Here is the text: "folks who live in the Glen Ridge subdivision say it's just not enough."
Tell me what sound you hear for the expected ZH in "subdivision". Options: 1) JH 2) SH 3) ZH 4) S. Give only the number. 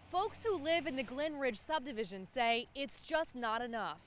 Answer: 3